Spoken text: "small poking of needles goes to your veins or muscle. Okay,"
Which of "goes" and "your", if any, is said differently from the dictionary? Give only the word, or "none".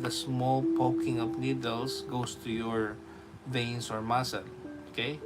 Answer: goes